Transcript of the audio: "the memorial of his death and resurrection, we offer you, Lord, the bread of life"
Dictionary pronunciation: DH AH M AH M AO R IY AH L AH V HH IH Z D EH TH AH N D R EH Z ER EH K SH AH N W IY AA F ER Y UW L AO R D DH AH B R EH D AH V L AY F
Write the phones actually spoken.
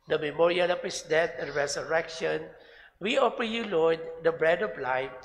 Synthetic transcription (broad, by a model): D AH M AH M AO R IY AH L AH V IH S D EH T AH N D R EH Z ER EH K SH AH N W IY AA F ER Y UW L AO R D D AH B R EH D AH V L AY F